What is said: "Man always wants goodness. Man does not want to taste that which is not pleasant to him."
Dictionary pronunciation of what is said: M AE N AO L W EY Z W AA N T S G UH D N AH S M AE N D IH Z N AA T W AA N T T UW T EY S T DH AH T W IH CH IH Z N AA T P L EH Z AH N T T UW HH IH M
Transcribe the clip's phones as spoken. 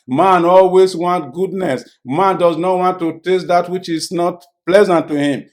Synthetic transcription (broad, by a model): M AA N AO L W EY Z W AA N T G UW D N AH S M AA N D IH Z N AA T W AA N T T UW T EY S T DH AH T W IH CH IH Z N AA T P L EH Z AH N T T UW HH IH M